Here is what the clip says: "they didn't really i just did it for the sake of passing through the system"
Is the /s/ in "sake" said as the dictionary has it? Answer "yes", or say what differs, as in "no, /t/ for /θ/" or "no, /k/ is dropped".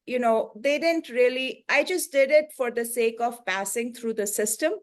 yes